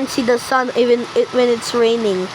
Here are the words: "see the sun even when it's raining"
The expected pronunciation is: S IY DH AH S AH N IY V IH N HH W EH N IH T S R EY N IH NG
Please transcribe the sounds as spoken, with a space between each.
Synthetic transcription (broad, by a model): S IY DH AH S AH N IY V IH N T W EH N IH T S R EY N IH NG